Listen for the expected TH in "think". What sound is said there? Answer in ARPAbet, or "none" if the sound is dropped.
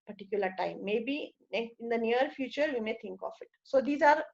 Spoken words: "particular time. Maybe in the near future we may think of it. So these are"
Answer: T